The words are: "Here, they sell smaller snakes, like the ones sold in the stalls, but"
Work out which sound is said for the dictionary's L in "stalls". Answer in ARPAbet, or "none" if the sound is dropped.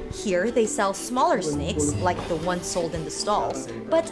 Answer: L